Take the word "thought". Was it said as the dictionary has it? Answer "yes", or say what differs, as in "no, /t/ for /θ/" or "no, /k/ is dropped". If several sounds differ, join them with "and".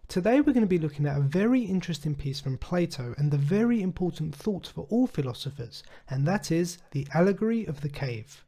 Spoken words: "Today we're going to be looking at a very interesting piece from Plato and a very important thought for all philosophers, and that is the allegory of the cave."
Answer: yes